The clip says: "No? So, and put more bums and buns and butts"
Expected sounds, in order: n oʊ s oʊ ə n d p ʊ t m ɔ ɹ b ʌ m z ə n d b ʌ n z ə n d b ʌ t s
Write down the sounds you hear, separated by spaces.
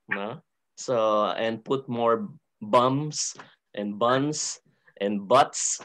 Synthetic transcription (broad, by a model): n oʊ s oʊ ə n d p ʊ t m ɔ ɹ b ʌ m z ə n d b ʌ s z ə n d b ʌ t s